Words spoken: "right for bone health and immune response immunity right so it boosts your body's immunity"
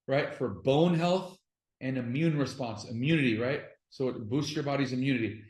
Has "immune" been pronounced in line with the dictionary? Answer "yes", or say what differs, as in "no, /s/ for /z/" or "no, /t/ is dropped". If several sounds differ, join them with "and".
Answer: yes